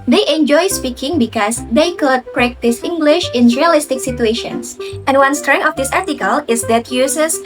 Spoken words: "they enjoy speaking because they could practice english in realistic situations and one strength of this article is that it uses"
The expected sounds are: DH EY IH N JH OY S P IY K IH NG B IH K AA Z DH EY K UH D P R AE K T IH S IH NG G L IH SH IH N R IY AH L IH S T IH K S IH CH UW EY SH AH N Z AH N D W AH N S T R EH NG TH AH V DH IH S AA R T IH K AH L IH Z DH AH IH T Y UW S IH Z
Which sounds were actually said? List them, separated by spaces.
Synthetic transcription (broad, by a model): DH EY IH N JH OY S P IY K IH NG B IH K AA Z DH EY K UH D P R AE K T IH S IH NG G L IH SH IH N R IY AH L IH S T IH K S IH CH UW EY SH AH N S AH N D W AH N S T R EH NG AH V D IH S AA R T IH K AH L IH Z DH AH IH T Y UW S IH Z